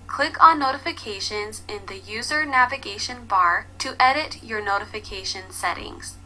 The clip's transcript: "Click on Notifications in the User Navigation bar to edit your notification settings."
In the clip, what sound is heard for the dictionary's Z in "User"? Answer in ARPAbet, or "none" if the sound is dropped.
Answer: Z